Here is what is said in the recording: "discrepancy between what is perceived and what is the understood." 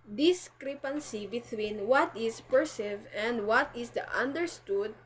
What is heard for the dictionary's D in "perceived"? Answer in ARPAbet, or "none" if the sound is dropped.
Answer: none